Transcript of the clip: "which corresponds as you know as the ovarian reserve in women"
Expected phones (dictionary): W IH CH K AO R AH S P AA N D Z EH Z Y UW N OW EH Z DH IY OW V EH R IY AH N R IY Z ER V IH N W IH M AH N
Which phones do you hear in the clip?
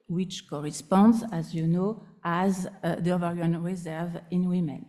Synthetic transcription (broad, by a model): W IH CH K AO R AH S P AA N D Z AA Z Y UW N OW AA Z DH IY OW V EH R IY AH N R IY Z ER V IH N W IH M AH N